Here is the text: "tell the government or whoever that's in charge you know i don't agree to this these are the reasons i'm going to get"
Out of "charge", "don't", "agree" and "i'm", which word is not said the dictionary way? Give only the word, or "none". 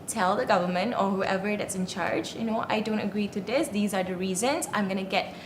none